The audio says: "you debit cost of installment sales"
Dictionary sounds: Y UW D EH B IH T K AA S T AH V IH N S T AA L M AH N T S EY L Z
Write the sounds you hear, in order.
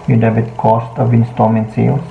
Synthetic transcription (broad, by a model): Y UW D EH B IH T K AA S T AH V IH N S T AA M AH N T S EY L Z